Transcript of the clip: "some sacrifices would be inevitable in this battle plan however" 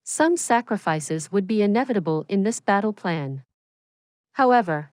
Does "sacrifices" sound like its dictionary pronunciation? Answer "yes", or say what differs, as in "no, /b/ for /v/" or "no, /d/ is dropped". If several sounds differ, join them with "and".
yes